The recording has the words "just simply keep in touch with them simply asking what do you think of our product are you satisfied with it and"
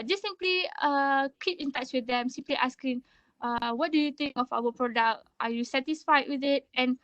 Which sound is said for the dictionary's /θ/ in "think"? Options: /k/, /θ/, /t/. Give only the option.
/t/